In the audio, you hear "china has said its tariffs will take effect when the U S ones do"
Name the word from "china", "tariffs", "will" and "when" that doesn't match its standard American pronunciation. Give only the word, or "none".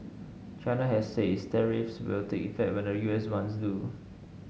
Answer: none